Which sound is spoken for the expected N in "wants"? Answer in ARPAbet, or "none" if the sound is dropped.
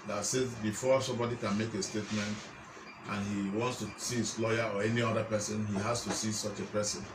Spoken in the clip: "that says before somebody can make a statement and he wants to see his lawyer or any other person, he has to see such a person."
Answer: N